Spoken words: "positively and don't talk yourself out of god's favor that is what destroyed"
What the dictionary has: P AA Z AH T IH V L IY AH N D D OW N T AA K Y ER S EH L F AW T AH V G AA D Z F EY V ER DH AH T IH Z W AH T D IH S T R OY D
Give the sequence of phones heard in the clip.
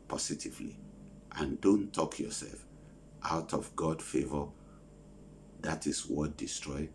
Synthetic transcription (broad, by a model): P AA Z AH T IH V L IY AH N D D OW N T AA K Y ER S EH L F AW T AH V G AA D F EY V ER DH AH T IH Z W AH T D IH S T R OY